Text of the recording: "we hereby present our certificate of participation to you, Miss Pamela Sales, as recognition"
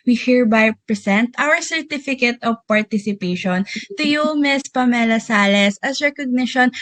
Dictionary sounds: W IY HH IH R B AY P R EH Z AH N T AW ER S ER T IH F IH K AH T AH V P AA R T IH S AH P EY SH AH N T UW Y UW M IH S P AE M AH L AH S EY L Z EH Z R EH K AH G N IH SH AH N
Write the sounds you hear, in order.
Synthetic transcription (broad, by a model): W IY HH IH R B AY P R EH S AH N T AW ER S ER T IH F IH K AH T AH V P AA R T IH S AH P EY SH AH N T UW Y UW M IH S P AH M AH L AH S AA L S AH S R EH K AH G N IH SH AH N